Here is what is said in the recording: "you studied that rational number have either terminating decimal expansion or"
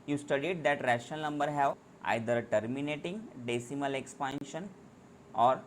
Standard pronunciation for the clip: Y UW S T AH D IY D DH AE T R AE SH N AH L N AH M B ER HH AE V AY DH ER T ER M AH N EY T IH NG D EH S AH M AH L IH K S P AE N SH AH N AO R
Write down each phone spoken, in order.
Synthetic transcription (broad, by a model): Y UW S T AH D IY D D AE T R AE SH AH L N AH M B ER HH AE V AY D ER T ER M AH N EY T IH NG D EH S AH M AH L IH K S P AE N SH AH N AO R